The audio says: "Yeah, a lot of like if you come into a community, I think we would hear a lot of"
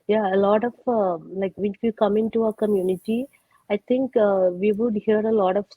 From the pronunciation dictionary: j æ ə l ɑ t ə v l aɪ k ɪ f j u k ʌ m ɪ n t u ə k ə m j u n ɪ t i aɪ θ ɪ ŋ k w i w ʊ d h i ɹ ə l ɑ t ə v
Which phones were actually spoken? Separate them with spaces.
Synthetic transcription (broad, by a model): j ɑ ə l ɑ t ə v l aɪ k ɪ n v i k ʌ m ɪ n t u ə k ə m j u n ɪ t i aɪ t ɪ ŋ k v i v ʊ d h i ɹ ə l ɑ t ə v